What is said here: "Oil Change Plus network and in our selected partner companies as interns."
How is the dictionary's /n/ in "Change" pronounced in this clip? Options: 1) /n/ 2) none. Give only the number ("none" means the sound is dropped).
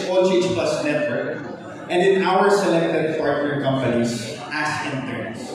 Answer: 2